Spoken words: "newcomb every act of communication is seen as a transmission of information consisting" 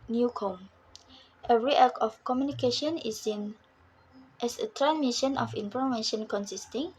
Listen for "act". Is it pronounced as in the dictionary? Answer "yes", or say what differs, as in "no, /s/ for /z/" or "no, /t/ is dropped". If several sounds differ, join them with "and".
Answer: no, /t/ is dropped